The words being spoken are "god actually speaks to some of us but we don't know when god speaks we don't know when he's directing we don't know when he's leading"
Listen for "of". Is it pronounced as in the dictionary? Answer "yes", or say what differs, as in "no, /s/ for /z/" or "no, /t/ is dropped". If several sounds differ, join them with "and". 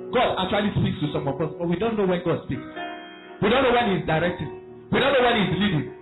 no, /p/ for /v/